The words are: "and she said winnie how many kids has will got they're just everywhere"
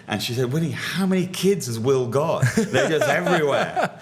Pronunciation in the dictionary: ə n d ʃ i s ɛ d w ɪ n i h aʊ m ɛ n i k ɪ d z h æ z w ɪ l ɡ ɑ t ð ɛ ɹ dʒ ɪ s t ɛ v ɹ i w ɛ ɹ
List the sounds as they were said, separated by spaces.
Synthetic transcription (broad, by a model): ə n ʃ i s ɛ d w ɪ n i h aʊ m ɛ n i k ɪ d z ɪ z w ɪ l ɡ ɑ t ð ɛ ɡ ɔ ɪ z ɛ v ɹ i w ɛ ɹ